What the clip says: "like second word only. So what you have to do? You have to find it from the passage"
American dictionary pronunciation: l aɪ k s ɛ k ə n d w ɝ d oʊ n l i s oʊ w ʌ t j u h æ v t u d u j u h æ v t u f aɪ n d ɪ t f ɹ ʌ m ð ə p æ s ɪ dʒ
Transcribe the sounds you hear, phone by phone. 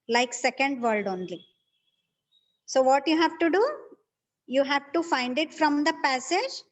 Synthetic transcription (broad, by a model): l aɪ k s ɛ k ə n d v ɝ d oʊ n l i s oʊ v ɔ t j u h æ v t u d u j u h æ v t u f aɪ n d ɪ t f ɹ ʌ m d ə p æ s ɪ dʒ